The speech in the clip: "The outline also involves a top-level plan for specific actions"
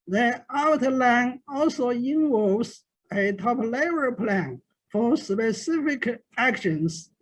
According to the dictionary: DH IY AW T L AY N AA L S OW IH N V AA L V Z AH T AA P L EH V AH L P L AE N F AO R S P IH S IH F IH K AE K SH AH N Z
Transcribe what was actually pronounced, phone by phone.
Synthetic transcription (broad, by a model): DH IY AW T L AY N AA L S OW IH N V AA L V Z AH T AA P L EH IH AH P L AE N F AO R S P IH S IH F IH K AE K SH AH N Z